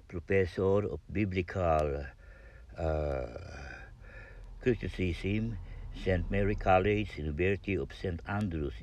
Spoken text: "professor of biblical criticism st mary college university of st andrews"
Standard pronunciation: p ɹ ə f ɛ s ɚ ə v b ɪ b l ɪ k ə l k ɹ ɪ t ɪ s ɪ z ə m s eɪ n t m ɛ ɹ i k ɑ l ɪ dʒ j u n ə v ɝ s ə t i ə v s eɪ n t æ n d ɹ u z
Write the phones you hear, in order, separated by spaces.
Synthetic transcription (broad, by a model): p ɹ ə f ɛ s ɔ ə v b ɪ b l ɪ k ə l k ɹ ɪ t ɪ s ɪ s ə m s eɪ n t m ɛ ɹ i k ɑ l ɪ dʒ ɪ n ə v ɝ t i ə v s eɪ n t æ n d ɹ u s